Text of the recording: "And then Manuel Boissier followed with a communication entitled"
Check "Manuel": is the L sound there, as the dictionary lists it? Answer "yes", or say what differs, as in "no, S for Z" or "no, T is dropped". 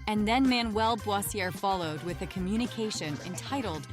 yes